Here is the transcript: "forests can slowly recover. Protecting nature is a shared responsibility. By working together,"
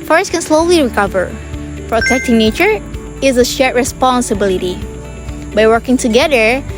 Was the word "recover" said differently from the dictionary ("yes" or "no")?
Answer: no